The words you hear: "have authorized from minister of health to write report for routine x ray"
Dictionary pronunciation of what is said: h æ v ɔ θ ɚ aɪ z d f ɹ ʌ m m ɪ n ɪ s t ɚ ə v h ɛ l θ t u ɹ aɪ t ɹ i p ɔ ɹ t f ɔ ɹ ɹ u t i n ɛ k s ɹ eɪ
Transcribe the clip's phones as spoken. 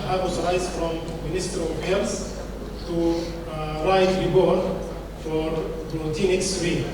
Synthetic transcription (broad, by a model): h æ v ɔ s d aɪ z f ɹ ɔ m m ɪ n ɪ s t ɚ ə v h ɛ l s t u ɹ aɪ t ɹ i b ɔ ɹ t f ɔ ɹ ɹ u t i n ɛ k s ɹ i